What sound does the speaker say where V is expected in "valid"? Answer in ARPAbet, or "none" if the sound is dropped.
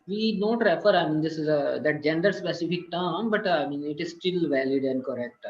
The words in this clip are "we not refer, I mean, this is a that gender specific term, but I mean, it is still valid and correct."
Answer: V